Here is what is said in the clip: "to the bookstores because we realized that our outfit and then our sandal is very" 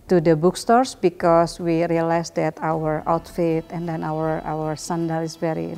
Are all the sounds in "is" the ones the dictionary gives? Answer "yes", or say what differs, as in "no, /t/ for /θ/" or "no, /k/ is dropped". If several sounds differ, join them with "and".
no, /s/ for /z/